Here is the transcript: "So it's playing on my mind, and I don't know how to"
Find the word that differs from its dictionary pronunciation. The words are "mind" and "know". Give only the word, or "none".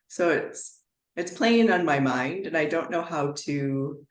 none